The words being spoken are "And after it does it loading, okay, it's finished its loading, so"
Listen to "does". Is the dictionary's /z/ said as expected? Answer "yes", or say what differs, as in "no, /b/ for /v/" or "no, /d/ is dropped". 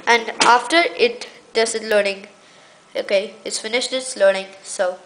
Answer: no, /s/ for /z/